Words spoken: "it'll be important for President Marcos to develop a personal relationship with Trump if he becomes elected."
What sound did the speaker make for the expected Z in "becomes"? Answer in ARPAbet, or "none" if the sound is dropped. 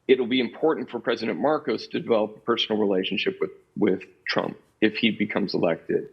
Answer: Z